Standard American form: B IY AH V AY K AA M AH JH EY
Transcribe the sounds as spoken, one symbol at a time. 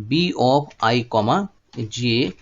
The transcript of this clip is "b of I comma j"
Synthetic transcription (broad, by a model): B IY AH P AY K AA M AH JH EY